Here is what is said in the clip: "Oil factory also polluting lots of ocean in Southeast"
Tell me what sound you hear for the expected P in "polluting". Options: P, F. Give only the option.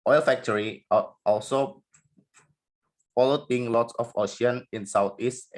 F